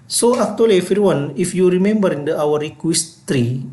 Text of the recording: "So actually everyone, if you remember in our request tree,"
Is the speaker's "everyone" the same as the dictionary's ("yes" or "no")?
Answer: no